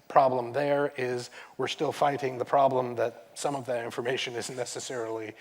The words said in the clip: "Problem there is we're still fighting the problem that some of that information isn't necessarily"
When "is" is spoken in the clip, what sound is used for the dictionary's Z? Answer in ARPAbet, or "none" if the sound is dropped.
Z